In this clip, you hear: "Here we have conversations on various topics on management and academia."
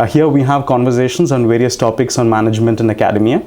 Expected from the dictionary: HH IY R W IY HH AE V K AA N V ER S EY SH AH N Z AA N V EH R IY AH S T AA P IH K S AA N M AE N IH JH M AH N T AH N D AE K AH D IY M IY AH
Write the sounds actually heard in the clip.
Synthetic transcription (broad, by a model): HH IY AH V IY HH AE V K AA N V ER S EY SH AH N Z AA N V EH R IY AH S T AA P IH K S AA N M AE N IH JH M AH N T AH N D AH K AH D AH M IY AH